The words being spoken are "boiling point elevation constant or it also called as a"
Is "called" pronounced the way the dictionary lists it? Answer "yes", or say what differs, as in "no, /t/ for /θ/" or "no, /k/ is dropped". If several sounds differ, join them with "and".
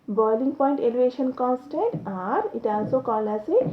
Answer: no, /d/ is dropped